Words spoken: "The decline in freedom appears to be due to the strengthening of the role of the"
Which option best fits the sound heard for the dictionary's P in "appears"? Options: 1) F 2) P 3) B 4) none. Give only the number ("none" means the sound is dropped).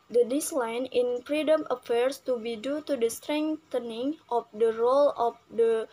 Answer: 1